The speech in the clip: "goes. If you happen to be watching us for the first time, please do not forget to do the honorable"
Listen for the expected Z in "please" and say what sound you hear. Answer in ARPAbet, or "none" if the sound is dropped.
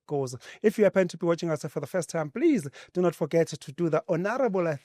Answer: Z